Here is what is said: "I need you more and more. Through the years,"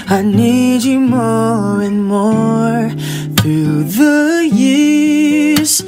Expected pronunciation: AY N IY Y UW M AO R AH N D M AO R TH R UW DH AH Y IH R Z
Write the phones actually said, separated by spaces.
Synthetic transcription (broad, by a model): AY N IY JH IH M AO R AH N M AO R TH R UW DH AH Y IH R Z